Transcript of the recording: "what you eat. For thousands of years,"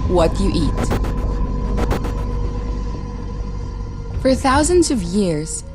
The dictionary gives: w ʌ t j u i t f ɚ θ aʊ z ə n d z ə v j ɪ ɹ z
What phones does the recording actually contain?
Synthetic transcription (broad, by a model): w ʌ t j i t f ɚ θ aʊ z ə n d z ə v j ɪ ɹ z